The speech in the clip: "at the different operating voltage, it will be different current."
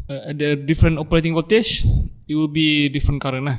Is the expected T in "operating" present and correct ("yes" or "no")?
yes